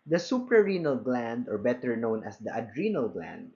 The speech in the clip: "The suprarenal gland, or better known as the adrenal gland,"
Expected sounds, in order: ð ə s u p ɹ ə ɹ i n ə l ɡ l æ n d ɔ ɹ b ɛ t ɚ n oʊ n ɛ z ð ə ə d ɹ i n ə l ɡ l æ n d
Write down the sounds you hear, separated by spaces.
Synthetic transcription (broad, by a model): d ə s u p ɹ ə ɹ i n ə l ɡ l æ n d ɔ ɹ b ɛ t ɚ n oʊ n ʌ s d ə ə d ɹ i n ə l ɡ l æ n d